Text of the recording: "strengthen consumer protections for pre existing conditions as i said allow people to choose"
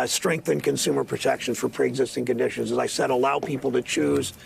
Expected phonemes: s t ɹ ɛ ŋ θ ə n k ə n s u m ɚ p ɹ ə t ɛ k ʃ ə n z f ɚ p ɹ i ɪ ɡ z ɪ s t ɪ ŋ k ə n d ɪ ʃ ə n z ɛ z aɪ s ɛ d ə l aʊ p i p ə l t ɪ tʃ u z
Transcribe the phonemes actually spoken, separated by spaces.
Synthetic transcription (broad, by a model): s t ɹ ɛ ŋ θ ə n k ə n s u m ɚ p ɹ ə t ɛ k ʃ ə n f ɚ p ɹ i ɪ ɡ z ɪ s t ɪ ŋ k ə n d ɪ ʃ ə n z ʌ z aɪ s ɛ d ə l aʊ p i p l t ɪ tʃ u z